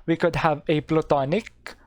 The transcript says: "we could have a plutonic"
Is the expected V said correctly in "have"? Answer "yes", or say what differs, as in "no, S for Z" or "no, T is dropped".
yes